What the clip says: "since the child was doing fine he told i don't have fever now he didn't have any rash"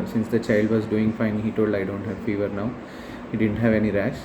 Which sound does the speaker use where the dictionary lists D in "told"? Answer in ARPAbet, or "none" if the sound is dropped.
D